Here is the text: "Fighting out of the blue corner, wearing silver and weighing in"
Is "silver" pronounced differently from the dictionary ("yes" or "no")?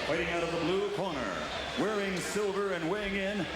no